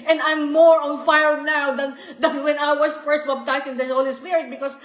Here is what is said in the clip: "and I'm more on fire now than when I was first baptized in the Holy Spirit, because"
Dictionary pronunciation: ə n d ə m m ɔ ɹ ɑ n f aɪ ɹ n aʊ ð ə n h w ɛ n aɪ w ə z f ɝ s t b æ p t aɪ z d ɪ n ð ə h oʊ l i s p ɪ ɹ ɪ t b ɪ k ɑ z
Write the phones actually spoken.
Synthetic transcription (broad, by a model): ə n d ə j m ɔ ɹ ɑ n f aɪ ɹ n aʊ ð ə n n w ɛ n aɪ w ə s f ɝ s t b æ b t aɪ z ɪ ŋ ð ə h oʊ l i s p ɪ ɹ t b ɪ k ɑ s